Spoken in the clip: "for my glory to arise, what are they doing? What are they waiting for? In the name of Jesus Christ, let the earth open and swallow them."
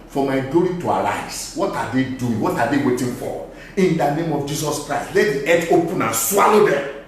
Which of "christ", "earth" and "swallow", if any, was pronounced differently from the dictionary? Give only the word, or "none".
earth